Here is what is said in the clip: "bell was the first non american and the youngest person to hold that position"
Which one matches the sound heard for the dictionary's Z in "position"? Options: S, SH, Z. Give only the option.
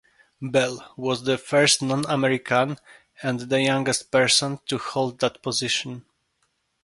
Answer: Z